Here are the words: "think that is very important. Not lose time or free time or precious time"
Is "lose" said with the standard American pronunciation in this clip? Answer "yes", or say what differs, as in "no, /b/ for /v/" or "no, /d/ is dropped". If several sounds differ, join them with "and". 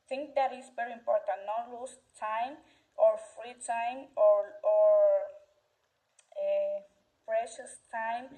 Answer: no, /s/ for /z/